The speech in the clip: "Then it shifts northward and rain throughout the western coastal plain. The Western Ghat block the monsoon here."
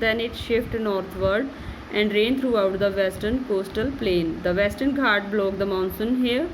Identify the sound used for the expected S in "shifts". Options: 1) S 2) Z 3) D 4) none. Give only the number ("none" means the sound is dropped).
4